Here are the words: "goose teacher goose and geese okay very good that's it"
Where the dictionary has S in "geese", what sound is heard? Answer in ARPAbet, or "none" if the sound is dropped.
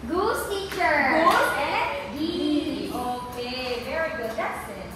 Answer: none